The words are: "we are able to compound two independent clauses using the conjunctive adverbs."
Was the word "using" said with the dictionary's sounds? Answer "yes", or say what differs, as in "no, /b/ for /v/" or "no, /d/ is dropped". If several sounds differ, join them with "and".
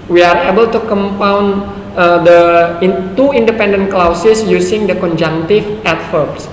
no, /s/ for /z/